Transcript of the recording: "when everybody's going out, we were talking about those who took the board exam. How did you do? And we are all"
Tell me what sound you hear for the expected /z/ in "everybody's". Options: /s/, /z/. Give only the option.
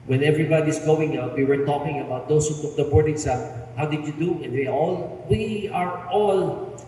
/s/